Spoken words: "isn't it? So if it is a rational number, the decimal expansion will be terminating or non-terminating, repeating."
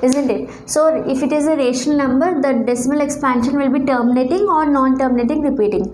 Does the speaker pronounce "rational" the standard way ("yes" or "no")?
no